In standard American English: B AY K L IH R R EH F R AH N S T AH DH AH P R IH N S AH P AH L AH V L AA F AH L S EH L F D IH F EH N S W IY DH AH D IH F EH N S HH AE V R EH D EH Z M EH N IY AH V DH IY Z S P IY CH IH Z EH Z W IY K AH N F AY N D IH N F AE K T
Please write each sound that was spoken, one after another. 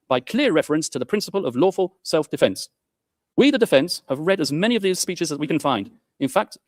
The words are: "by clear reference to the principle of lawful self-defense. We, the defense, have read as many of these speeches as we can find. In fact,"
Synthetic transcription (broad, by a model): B AY K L IH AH R EH F R AH N S T AH DH AH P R IH N S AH P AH L AH V L AA F AH L S EH L F D IH F EH N S W IY DH AH D IH F EH N S HH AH V R EH D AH Z M EH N IY AH V DH IY Z S P IY CH IH Z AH Z W IY K AH N F AY N D IH N F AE K T